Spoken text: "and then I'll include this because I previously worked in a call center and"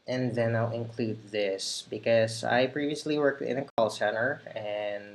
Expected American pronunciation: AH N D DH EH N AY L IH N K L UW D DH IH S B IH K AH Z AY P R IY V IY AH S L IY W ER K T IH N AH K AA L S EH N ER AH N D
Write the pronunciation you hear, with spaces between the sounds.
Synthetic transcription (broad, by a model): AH N DH EH N AY L IH N K L UW D DH IH S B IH K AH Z AY P R IY V IY AH S L IY W ER K T IH N AH K AA L S EH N ER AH N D